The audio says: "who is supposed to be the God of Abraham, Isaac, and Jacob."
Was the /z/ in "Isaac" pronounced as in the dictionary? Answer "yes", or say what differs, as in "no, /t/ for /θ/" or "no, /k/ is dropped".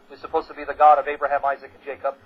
yes